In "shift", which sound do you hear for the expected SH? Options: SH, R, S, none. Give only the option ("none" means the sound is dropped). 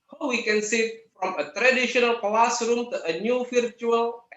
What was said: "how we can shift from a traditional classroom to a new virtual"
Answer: S